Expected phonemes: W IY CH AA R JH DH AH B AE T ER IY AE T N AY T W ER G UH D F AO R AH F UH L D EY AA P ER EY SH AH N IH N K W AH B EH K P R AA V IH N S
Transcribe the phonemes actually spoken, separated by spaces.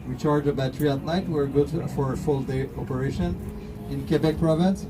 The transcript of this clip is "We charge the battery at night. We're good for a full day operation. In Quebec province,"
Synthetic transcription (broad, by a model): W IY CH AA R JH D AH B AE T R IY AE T L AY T W ER G UH D F AO R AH F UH L D EY AA P ER EY SH AH N IH N K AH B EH K P R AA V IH N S